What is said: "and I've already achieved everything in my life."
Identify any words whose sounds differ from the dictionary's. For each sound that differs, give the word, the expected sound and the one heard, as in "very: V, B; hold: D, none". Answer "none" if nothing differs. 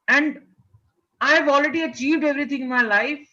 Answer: everything: TH, T